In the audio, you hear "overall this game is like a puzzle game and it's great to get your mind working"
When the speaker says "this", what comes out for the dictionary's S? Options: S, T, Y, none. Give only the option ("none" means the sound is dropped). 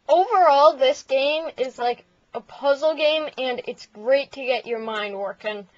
S